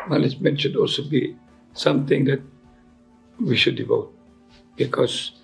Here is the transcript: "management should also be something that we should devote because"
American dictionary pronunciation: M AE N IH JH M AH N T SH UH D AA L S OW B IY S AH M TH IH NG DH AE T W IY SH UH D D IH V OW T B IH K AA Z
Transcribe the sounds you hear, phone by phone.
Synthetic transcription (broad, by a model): M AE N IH JH M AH N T SH UH D AA L S OW B IY S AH M T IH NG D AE T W IY SH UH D D IH V OW T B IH K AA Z